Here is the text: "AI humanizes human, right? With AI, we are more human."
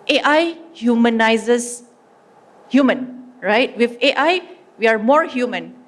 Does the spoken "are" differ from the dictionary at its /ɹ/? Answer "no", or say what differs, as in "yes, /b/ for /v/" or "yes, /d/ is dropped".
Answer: no